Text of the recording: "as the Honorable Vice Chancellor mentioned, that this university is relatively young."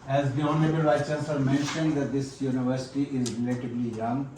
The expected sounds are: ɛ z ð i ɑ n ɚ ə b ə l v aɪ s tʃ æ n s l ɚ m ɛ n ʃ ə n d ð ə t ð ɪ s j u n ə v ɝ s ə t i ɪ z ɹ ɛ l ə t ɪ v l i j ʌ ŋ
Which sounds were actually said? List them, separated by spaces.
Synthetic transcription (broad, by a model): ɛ z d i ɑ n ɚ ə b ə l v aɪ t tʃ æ s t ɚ m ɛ n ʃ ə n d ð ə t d ɪ s j u n ə v ɝ s ə t i ɪ z ɹ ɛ l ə t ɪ b l i j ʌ ŋ